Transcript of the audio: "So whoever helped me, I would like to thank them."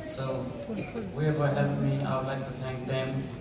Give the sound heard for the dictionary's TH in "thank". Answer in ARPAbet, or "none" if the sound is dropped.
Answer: T